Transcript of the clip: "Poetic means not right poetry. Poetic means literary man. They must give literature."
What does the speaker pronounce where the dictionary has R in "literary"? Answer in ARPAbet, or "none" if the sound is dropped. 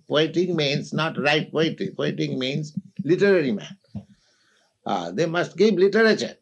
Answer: R